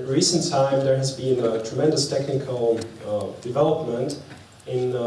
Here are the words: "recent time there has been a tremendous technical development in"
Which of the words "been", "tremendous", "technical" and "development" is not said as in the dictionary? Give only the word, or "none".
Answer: technical